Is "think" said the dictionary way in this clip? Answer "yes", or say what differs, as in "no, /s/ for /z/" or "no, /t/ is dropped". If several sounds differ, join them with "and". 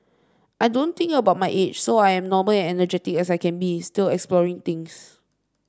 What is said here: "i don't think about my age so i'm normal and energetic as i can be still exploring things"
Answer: no, /t/ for /θ/